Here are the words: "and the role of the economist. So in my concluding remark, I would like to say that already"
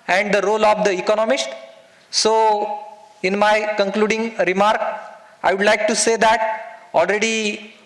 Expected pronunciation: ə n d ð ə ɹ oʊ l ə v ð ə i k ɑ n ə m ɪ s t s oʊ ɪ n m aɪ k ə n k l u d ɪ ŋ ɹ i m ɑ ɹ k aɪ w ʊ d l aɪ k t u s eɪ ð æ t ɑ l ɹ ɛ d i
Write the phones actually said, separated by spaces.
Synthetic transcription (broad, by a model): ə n d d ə ɹ oʊ l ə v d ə i k ɑ n ə m ɪ s t s oʊ ɪ n m aɪ k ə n k l u d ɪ ŋ ɹ i m ɑ ɹ k aɪ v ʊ d l aɪ k t u s eɪ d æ t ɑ l ɹ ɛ d i